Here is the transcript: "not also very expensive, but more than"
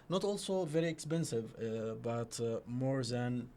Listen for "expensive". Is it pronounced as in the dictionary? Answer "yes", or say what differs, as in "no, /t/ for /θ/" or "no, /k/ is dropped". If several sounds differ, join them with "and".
yes